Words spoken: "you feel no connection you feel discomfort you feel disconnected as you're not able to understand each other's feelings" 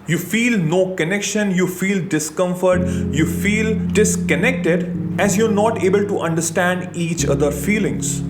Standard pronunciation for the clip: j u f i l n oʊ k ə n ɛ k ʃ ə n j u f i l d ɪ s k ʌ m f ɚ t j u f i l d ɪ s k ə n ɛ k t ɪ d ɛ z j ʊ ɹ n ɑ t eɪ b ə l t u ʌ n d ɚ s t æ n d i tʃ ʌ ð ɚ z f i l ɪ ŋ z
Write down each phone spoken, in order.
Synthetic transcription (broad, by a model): j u f i l n oʊ k ə n ɛ k ʃ ə n j u f i l d ɪ s k ʌ m f ɚ t j u f i l d ɪ s k ə n ɛ k t ɪ d ɛ z j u ɹ n ɑ t eɪ b ə l t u ʌ n d ɚ s t æ n d i tʃ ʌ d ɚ f i l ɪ ŋ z